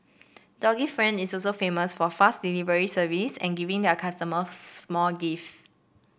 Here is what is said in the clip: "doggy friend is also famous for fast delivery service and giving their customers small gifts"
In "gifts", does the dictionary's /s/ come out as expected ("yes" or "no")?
no